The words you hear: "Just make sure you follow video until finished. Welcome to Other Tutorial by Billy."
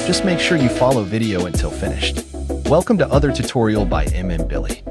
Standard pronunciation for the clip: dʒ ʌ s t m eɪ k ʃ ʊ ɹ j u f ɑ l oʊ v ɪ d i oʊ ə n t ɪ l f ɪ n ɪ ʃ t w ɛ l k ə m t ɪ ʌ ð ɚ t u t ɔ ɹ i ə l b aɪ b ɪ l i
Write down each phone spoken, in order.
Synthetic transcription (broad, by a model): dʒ ʌ s t m eɪ k ʃ ʊ ɹ j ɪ f ɑ l oʊ v ɪ d i oʊ ə n t ɪ l f ɪ n ɪ ʃ t w ɛ l k ə m t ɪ ʌ ð ɚ t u t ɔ ɹ i l b aɪ b ɪ l i